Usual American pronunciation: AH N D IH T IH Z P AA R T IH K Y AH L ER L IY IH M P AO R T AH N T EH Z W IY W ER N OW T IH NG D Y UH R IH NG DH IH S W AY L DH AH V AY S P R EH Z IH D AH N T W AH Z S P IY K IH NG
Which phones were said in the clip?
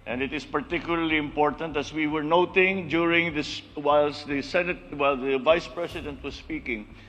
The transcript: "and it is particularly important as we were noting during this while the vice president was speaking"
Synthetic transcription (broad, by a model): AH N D IH T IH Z P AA R T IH K Y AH L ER L IY IH M P AO R T AH N T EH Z W IY W ER N OW T IH NG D Y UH R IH NG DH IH S W AY L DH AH V AY S P R EH S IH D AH N T W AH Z S P IY K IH NG